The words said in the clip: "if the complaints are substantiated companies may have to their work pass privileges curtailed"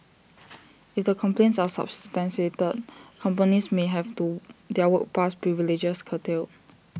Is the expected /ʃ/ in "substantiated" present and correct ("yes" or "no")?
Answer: no